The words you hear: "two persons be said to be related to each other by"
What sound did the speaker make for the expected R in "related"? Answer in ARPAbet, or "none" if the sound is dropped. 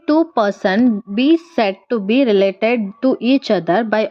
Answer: R